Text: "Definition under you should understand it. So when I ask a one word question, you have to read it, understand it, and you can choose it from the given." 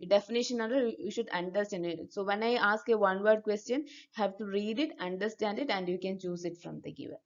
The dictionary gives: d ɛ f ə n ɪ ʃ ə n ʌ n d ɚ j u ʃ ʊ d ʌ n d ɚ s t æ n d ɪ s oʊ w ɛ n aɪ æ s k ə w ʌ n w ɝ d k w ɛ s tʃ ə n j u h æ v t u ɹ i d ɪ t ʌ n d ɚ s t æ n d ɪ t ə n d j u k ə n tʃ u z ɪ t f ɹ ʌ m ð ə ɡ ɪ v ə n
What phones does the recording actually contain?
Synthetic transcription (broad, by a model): d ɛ f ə n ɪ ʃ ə n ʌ d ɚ j u ʃ ʊ d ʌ n d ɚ s t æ n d ɪ s oʊ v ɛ n aɪ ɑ s k ə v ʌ n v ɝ d k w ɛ s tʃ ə n j u h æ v t u ɹ i d ɪ t ʌ n d ɚ s t æ n d ɪ t ə n d j u k ə n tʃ u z ɪ t f ɹ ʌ m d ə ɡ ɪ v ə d